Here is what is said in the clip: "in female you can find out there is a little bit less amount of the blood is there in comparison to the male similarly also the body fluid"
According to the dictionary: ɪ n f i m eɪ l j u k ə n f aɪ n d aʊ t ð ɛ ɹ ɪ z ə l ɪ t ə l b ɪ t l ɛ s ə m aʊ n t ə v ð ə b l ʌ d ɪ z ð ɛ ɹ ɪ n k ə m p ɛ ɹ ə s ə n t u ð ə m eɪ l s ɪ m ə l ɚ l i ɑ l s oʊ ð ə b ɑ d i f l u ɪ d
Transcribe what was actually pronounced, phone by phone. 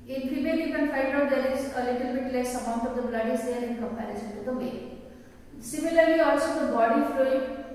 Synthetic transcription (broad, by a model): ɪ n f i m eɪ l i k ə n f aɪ d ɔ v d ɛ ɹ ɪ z ə l ɪ t ə l b ɪ t l ɛ s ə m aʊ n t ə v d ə b l ʌ d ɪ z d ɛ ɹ ɪ n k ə m p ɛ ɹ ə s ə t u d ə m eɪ s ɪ m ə l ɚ l i ɑ l s oʊ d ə b ɑ d i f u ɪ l